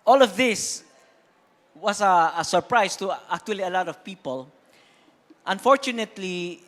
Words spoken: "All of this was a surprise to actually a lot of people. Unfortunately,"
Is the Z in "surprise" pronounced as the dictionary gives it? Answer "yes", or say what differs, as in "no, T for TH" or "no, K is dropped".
no, S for Z